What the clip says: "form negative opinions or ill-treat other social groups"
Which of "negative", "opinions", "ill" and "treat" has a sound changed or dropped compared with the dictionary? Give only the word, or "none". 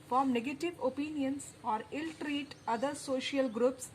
opinions